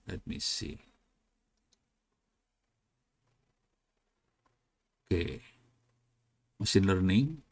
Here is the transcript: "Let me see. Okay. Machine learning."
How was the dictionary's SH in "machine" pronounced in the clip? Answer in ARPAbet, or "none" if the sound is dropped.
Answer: S